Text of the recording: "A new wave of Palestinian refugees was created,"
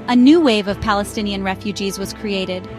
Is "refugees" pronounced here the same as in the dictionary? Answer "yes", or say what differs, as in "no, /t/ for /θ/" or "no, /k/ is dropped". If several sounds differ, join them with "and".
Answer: yes